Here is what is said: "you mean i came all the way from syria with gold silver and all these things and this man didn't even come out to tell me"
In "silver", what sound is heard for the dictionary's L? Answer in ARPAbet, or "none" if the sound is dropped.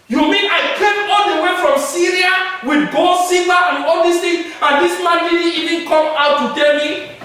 none